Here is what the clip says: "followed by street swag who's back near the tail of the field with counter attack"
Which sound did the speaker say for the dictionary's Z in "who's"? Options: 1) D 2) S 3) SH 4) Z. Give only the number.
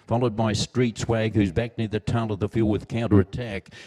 4